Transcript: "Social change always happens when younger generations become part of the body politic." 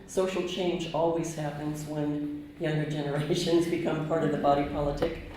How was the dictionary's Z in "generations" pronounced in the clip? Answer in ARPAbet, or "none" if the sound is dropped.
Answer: Z